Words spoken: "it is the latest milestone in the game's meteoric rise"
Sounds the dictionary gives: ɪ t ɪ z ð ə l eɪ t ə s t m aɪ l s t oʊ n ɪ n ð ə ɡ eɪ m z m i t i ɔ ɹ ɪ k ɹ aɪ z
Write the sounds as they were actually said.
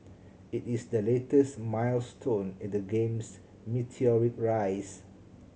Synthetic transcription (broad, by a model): ɪ t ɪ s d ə l eɪ t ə s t m aɪ l s t oʊ n ɪ n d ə ɡ eɪ m s m i t i ɔ ɹ ɪ k ɹ aɪ s